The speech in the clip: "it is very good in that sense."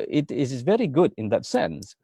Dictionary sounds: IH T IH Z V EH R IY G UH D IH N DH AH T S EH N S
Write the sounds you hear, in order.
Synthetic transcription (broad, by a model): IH T IH Z V EH R IY G UH D IH N DH AH T S EH N S